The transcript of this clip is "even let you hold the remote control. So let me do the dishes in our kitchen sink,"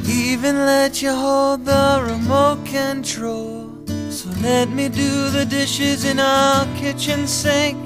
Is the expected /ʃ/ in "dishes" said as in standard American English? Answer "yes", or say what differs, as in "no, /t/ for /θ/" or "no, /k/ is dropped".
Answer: yes